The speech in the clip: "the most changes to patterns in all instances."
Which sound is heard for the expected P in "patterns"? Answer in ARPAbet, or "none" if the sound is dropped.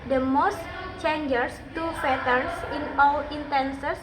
F